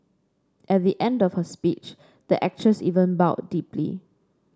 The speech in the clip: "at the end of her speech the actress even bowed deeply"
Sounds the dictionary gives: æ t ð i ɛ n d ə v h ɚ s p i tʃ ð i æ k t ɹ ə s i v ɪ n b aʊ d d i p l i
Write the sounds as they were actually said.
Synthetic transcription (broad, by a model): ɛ t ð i ɛ n d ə f h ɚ s p i tʃ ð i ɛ k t ɹ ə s i v ɪ n b aʊ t d i p l i